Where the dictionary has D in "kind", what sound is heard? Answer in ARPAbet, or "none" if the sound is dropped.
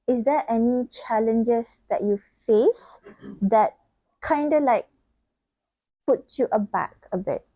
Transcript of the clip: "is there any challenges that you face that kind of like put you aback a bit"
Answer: D